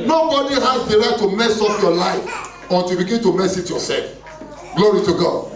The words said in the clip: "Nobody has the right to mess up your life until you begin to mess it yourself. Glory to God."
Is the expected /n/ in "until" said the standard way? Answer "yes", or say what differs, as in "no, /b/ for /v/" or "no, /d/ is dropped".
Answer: no, /n/ is dropped